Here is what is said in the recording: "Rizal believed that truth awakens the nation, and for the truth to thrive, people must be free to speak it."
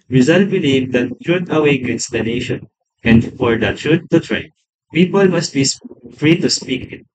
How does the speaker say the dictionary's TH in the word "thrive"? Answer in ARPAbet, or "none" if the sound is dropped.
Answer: T